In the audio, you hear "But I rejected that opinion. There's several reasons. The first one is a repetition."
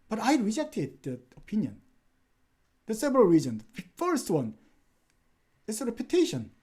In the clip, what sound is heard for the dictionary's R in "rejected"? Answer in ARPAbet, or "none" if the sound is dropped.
R